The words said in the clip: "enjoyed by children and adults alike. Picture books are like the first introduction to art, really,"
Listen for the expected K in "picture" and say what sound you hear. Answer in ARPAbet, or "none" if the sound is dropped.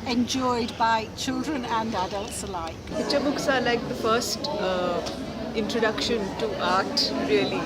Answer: none